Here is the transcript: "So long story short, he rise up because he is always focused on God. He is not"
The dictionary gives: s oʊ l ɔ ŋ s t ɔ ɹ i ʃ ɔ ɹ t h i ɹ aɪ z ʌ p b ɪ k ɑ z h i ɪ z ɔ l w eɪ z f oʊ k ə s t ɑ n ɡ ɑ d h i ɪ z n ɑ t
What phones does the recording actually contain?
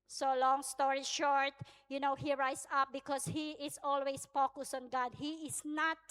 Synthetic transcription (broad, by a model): s oʊ l ɔ ŋ s t ɔ ɹ i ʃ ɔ ɹ t h i ɹ aɪ s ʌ p b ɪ k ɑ s h i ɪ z ɔ l w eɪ s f oʊ k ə s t ɑ n ɡ ɑ d h i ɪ s n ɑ t